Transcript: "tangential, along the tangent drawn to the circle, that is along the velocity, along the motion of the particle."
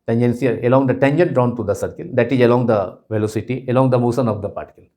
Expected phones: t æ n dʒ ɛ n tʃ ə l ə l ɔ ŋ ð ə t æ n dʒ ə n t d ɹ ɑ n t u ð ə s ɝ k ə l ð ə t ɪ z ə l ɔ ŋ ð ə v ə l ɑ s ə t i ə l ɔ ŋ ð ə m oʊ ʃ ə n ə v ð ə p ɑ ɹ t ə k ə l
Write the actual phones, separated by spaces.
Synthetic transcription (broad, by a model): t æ n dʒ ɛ n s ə ə l ɔ ŋ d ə t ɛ n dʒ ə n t d ɹ ɑ n t u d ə s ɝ k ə l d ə t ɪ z ə l ɔ ŋ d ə v ə l ɑ s ə t i ə l ɔ ŋ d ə m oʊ s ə n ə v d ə p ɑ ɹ t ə k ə l